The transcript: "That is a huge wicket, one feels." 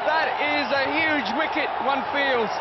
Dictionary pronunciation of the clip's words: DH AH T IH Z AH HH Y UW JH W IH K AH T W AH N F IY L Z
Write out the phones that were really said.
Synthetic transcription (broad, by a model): DH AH T IH Z AH HH Y UW JH W IH K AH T W AH N F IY L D